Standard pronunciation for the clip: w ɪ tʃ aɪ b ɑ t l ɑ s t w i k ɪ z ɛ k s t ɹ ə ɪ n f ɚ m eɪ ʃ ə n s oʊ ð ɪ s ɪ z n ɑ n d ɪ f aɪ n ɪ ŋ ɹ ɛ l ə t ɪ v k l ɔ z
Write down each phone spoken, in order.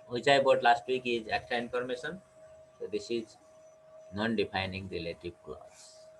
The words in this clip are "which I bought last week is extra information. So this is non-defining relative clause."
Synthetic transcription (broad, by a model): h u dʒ aɪ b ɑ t l ɑ s t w i k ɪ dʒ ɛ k t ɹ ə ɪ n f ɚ m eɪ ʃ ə n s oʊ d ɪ s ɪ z n ɑ n d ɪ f aɪ n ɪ ŋ ɹ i l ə t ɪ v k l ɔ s